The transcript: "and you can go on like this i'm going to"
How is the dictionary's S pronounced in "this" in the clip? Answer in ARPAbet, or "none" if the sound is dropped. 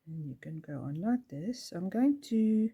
S